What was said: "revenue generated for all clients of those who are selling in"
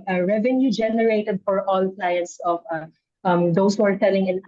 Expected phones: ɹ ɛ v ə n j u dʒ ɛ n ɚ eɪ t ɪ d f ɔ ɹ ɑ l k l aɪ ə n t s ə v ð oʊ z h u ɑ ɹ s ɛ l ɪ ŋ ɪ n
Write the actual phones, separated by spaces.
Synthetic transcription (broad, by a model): ɹ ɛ v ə n j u dʒ ɛ n ɚ eɪ t ɪ d f ɔ ɹ ɑ l k l aɪ ə n t s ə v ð oʊ s h u ɑ ɹ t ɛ l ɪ ŋ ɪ n